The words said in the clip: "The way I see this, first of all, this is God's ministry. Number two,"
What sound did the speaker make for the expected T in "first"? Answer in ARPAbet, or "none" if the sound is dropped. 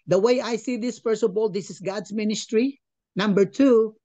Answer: none